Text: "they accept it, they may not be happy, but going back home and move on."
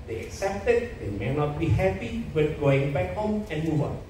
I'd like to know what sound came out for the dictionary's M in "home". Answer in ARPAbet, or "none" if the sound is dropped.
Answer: M